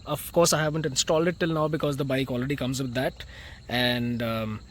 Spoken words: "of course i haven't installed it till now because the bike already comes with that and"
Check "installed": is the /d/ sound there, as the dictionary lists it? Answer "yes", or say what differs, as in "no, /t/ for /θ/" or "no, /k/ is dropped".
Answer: yes